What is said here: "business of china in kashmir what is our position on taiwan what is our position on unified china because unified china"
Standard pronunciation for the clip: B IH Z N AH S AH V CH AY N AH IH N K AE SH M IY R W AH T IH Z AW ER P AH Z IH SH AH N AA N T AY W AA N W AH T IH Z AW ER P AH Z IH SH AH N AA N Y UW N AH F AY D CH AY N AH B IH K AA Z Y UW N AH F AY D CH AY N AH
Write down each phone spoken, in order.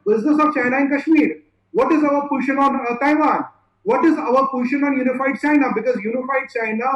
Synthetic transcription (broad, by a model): B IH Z N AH S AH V CH AY N AH IH N K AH SH M IY R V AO T IH Z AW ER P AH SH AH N AA N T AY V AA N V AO T IH Z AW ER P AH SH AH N AA N Y UW N AH F AY D CH AY N AH B IH K AA Z Y UW N AH F AY D CH AY N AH